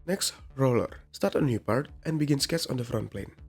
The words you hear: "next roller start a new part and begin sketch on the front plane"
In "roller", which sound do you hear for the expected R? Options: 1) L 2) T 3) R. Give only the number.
3